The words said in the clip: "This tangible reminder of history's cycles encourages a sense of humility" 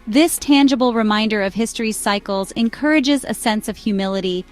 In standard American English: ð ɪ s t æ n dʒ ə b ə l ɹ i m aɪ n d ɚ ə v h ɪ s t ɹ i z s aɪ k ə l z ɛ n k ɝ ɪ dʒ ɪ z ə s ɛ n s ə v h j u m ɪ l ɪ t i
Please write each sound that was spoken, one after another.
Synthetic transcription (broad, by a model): ð ɪ s t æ n dʒ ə b l ɹ i m aɪ n d ɚ ə v h ɪ s t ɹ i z s aɪ k l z ɛ n k ɝ ɪ dʒ ɪ z ə s ɛ n s ə v h j u m ɪ l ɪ t i